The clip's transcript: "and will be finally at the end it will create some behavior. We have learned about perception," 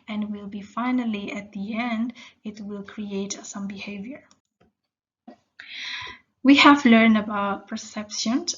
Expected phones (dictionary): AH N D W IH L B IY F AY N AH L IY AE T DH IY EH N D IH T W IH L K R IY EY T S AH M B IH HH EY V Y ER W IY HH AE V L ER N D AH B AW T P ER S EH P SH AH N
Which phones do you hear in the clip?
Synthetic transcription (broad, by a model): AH N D W IH L B IY F AY N AH L IY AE T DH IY EH N D IH T W IH L K R IY EY T S AH M B IH HH EY V Y ER W IY HH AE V L ER N D AH B AW T P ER S EH P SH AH N